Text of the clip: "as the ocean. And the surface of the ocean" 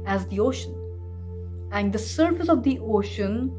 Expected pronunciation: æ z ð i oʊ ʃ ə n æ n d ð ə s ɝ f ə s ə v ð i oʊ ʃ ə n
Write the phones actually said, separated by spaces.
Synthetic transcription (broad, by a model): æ z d i oʊ ʃ ə n æ n d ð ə s ɝ f ə s ə v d i oʊ ʃ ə n